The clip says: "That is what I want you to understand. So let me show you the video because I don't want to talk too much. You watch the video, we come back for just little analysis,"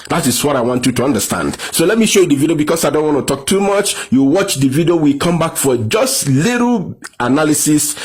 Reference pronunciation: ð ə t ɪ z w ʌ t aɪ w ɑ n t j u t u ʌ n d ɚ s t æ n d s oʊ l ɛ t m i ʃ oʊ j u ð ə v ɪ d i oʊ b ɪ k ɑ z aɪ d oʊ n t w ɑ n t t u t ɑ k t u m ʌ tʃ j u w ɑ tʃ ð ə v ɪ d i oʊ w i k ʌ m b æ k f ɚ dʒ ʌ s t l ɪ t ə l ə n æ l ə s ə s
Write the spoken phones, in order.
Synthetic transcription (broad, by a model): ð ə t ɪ s w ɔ t aɪ w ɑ n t j u t u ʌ n d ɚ s t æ n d s oʊ l ɛ t m i ʃ oʊ j u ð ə v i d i oʊ b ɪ k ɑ s aɪ d oʊ n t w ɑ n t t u t ɑ k t u m ʌ tʃ j u w ɑ tʃ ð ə v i d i oʊ w i k ʌ m b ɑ k f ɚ dʒ ʌ s t l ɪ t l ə n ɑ l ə s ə s